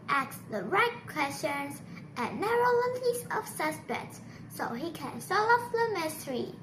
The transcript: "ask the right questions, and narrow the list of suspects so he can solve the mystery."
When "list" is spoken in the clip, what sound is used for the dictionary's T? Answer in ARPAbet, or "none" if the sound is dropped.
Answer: none